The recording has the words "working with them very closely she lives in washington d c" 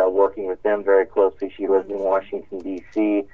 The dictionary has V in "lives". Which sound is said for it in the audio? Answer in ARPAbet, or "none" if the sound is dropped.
none